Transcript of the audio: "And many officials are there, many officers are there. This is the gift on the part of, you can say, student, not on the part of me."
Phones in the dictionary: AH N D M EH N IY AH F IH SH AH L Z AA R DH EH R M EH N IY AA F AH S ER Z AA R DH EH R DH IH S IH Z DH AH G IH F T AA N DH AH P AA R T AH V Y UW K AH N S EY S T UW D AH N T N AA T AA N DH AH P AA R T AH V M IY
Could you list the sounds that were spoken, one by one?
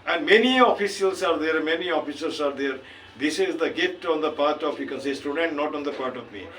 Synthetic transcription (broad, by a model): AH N D M EH N IY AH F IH S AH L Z AA R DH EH R M EH N IY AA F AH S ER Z AA R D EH R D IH S IH Z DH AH G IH T AA N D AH P AA R T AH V Y UW K AH N S EY S T UW D AH N T N AA T AA N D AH P AA R T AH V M IY